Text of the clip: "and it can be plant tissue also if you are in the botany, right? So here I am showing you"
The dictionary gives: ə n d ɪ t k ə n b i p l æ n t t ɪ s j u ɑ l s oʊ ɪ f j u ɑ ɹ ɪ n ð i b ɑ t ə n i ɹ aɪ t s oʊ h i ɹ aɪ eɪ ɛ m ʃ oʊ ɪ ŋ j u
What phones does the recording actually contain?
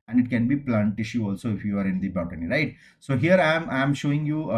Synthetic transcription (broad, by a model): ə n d ɪ t k ə n b i p l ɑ n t t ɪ ʃ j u ɑ l s oʊ ɪ f j u ɑ ɹ ɪ n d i b ɑ t ə n i ɹ aɪ t s oʊ h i ɹ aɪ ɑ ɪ m ʃ oʊ ɪ ŋ j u